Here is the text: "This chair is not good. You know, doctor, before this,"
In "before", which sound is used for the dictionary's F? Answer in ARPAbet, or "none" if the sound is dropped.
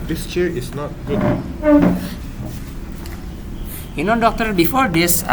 F